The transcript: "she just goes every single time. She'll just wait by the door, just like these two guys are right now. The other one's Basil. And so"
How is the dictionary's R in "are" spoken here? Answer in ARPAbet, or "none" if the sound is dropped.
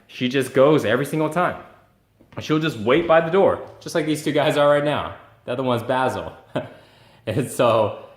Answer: L